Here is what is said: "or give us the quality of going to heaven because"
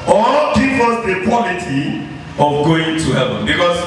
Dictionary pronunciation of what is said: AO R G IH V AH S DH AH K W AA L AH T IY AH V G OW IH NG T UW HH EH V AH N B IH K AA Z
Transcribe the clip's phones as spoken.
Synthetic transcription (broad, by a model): AO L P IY P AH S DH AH K W AA L AH T IY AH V G OW IH NG T UW HH EH V AH N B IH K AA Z